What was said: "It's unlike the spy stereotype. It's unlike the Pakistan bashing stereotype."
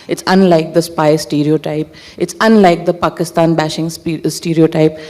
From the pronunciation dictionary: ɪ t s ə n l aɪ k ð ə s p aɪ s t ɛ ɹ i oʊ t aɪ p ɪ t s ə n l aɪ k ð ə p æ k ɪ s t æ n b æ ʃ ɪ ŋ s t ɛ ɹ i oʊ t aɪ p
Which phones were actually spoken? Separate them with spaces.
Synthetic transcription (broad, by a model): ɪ t s ə n l aɪ k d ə s p aɪ s t ɛ ɹ i oʊ t aɪ p ɪ t s ə n l aɪ k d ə p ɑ k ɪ s t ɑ n b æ ʃ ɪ ŋ s t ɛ ɹ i oʊ t aɪ p